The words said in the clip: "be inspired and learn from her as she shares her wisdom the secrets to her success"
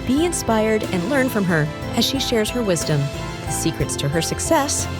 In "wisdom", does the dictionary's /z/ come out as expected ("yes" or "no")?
yes